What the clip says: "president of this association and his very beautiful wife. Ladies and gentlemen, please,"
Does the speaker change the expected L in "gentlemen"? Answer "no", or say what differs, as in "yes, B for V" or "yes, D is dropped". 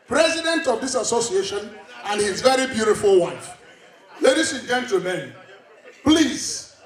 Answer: yes, L is dropped